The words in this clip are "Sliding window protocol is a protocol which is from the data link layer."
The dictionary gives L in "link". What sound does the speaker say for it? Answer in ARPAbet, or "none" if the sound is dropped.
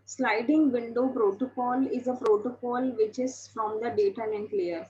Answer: N